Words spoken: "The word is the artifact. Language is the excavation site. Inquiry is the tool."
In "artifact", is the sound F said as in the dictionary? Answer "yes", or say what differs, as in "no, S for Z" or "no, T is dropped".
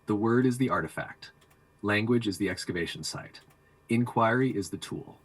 yes